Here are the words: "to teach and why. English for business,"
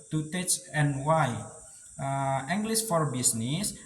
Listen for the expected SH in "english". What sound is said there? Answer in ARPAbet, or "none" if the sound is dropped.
S